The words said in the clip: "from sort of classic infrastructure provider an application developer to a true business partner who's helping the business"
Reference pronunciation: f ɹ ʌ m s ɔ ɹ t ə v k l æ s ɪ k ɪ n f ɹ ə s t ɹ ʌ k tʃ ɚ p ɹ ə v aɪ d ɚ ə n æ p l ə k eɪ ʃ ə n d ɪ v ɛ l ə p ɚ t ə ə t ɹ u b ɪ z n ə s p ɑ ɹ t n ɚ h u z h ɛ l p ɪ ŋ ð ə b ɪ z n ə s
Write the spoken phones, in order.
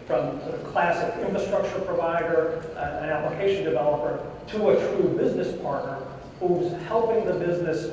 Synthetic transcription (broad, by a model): f ɹ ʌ m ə k l æ s ɪ k ɪ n f ɹ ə s t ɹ ʌ k tʃ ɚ p ɹ ə v aɪ d ɚ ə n æ p l ə k eɪ ʃ ə n d ɪ v ɛ l ə p ɚ t ə ə t ɹ u b ɪ z n ə s p ɑ ɹ t n ɚ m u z h ɛ l p ɪ ŋ ð ə b ɪ z n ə s